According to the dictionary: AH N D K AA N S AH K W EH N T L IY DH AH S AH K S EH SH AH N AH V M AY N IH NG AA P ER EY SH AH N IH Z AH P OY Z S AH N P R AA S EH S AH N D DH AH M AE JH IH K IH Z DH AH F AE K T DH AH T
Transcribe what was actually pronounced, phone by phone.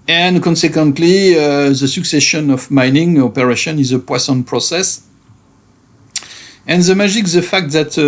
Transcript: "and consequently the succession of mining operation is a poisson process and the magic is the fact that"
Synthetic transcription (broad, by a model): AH N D K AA N S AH K W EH N T L IY DH AH S AH K S EH SH AH N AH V M AY N IH NG AA P ER EY SH AH N IH Z AH P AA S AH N P R AA S EH S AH N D DH AH M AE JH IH K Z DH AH F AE K T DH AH T